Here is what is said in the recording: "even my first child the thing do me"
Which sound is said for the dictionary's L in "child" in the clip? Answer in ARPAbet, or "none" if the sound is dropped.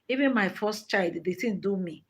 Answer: L